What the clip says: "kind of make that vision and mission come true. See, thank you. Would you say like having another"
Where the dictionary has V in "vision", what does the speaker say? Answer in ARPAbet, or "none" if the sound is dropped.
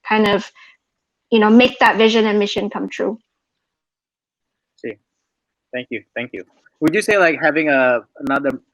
V